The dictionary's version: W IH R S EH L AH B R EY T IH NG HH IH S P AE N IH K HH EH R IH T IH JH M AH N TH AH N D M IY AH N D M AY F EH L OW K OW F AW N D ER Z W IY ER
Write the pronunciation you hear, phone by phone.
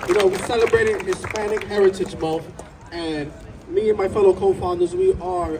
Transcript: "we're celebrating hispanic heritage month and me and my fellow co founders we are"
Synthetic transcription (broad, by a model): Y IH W S EH L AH B R EY T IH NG HH IH S P AE N IH K HH EH R IH T IH JH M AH L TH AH N M IY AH N M AY F EH L OW K OW F AW N D ER Z W IY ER